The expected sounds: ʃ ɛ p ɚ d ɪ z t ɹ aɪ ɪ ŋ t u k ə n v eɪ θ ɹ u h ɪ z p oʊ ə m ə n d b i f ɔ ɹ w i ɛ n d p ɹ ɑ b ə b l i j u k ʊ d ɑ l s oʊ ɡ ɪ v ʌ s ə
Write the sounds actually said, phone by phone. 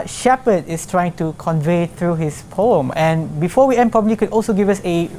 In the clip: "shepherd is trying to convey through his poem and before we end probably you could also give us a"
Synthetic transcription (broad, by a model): ʃ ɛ p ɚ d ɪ s t ɹ aɪ ɪ ŋ t u k ə n v eɪ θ ɹ u h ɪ s p oʊ ə m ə n b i f ɔ w i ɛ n p ɹ ɑ b ə b l i k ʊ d ɑ l s oʊ ɡ ɪ v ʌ s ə